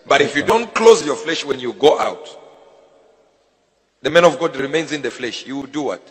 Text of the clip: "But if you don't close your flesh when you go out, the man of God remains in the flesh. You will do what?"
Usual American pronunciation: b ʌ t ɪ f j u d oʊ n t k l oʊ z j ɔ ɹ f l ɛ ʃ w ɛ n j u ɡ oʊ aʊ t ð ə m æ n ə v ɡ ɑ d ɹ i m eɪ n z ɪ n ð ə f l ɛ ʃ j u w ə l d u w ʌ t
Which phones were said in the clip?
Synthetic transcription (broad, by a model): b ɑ t ɪ f j u d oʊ n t k l oʊ z j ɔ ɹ f l ɛ ʃ w ɛ n j u ɡ oʊ aʊ t ð ə m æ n ə v ɡ ɑ d ɹ i m eɪ n z ɪ n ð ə f l ɛ ʃ j u w ə l d u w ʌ t